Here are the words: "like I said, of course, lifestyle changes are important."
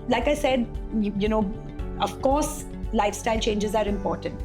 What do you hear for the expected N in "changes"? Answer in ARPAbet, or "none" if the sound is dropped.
N